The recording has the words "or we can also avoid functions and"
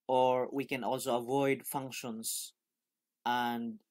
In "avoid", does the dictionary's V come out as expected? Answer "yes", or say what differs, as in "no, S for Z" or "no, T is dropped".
yes